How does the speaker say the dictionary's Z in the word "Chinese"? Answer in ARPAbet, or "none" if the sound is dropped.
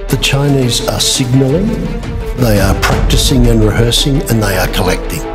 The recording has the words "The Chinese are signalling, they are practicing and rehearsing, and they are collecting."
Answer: Z